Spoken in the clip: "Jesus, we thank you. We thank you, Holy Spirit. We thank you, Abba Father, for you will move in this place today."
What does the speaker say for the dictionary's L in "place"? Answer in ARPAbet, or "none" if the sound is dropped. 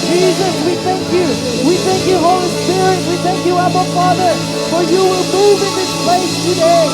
none